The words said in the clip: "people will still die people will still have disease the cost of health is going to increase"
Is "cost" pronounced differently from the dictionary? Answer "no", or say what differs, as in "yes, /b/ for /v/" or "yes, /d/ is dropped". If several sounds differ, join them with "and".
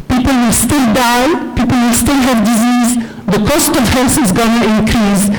no